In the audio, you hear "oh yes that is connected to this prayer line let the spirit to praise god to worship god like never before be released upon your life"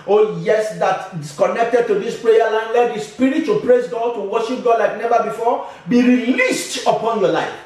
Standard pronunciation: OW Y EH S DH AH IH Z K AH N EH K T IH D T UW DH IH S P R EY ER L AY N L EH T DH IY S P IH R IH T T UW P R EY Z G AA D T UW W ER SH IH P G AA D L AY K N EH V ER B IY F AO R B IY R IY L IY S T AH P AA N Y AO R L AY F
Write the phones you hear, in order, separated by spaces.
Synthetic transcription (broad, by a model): OW Y EH S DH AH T K AH N EH K T IH D T UW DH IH S P R EY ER L AY N L EH T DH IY S P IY R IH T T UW P R EY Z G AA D T UW W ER SH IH P G AA D L AY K N EH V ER B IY F AO B IY R IY L IY S T AH P AA N Y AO L AY F